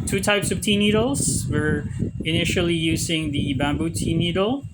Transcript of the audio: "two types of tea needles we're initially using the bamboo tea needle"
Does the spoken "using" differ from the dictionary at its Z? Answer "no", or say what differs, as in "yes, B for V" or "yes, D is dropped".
no